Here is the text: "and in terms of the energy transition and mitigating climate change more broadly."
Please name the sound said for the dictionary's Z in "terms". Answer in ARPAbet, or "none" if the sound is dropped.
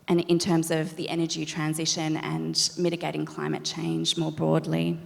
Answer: Z